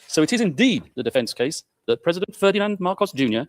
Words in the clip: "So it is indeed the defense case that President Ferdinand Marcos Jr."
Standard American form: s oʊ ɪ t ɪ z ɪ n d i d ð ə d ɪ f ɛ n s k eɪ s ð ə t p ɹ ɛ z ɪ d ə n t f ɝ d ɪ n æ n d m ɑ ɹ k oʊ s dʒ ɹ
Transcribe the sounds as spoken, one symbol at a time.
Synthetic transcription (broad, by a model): s oʊ ɪ t ɪ z ɪ n d i d ð ə d ɪ f ɛ n s k eɪ s ð ə t p ɹ ɛ z ɪ d ə n t f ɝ d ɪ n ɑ n d m ɑ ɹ k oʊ s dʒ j